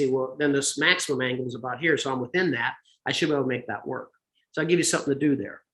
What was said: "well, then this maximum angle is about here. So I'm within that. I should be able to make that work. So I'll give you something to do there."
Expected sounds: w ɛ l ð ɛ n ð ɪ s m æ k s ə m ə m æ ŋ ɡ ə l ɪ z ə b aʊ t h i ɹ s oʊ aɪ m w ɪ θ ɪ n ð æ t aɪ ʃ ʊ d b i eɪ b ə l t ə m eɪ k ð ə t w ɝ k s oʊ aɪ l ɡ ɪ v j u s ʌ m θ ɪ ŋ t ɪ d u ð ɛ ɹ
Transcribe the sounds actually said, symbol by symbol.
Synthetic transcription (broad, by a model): w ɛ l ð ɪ n ð ɪ s m æ k s ə m ə m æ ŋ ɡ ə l z ə b aʊ t h i ɹ s oʊ aɪ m w ɪ θ ɪ n ð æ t aɪ ʃ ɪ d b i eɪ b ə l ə m eɪ k ð ə t w ɝ k s oʊ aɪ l ɡ ɪ v j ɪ s ʌ m θ ɪ ŋ t ɪ d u ð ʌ ɹ